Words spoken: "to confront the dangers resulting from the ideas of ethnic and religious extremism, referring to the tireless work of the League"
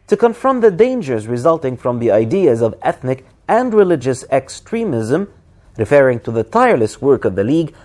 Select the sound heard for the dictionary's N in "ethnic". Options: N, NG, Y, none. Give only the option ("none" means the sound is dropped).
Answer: N